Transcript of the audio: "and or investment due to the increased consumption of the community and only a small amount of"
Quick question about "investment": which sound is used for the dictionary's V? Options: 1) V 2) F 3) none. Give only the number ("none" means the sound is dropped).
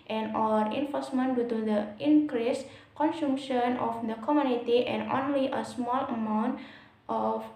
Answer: 2